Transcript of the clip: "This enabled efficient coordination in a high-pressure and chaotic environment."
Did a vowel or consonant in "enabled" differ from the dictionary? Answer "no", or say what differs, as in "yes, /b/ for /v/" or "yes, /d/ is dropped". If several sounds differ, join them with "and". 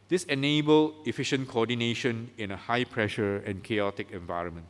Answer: yes, /d/ is dropped